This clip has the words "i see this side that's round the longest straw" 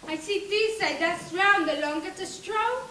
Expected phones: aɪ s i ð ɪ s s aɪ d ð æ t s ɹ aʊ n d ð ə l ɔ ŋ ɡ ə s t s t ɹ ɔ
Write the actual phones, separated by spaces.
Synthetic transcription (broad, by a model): aɪ s i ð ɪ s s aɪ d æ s ɹ aʊ n d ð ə l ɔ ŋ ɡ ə t s t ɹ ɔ